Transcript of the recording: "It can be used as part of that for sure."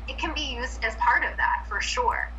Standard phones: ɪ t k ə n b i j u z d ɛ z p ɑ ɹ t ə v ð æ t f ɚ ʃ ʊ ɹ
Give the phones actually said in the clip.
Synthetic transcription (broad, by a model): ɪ t k ə n b i j u z d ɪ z p ɑ ɹ t ə v ð æ t f ɚ ʃ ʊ ɹ